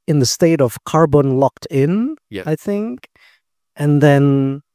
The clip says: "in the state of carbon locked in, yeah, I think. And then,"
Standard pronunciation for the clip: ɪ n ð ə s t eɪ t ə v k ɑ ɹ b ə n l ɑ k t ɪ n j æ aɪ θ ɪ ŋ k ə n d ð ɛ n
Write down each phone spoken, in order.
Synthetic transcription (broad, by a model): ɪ n ð ə s t eɪ t ə v k ɑ ɹ b ə n l ɑ k t ɪ n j aɪ θ ɪ ŋ k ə n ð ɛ n